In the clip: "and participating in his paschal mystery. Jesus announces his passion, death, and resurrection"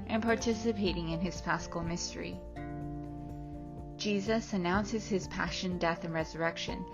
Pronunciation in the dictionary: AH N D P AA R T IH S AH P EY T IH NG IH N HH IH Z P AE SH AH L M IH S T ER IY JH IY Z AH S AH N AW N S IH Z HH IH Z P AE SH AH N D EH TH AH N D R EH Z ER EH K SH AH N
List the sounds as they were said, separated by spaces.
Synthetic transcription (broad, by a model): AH N P AA R T IH S AH P EY T IH NG IH N IH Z F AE S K L M IH S T ER IY JH IY Z AH S AH N AW N S IH Z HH IH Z P AE SH AH N D EH TH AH N R EH Z ER EH K SH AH N